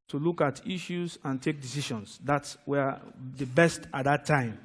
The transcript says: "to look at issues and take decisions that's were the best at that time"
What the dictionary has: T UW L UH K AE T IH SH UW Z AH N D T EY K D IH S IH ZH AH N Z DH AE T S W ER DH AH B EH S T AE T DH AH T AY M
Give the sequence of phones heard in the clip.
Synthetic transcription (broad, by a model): T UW L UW K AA T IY SH UW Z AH N T EY K D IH S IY SH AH N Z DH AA T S W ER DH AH B EH S T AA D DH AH T AY M